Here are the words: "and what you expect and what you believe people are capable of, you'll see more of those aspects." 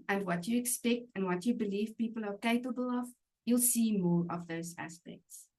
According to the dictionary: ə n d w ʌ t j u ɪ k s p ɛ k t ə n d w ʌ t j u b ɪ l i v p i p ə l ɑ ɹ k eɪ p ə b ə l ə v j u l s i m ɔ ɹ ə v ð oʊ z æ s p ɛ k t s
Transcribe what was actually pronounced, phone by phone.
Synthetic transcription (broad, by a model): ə n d w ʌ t j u ɪ k s p ɛ k t ə n d w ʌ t j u b ɪ l i v p i p ə l ɑ ɹ k eɪ p ə b ə l ə v j u l s i m ɔ ɹ ə v ð oʊ z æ s p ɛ k t s